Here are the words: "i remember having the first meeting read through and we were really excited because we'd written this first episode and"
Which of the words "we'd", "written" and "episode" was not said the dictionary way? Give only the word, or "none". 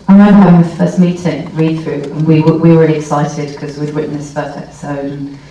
written